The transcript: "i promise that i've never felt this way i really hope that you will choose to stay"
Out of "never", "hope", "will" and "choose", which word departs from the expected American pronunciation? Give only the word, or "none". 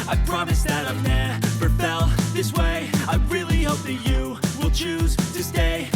never